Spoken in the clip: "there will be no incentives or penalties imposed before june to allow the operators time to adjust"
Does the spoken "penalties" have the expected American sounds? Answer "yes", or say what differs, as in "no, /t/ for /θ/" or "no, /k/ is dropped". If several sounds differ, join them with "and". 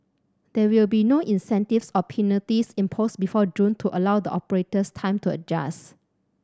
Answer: no, /l/ is dropped and /s/ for /z/